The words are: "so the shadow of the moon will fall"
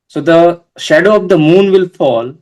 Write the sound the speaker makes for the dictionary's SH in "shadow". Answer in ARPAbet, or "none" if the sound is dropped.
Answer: SH